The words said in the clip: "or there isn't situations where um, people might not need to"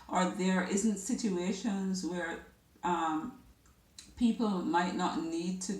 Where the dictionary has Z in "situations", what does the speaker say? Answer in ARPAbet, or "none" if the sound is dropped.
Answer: Z